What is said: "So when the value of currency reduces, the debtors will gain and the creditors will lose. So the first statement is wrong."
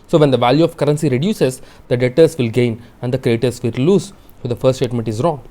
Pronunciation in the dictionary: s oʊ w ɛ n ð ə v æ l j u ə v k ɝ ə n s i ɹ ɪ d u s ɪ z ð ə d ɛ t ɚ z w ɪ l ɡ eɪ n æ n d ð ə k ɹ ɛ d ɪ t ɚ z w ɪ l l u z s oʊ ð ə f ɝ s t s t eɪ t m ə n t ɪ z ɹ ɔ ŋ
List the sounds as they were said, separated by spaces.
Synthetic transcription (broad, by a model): s oʊ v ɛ n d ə v æ l j u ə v k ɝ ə n s i ɹ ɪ d u s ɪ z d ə d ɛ t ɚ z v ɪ l ɡ eɪ n æ n d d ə k ɹ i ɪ t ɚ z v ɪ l l u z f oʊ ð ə f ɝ t s t eɪ t m ə n t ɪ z ɹ ɔ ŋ